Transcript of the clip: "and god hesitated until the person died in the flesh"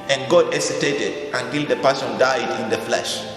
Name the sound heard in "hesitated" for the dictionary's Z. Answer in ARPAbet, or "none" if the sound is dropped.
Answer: S